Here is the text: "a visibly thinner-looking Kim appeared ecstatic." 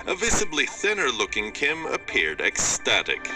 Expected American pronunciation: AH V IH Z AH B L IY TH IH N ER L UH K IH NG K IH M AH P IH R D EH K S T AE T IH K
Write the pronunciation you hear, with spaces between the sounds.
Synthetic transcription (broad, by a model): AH V IH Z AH B L IY TH IH N ER L UH K IH NG K IH M AH P IH R D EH K S T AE T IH K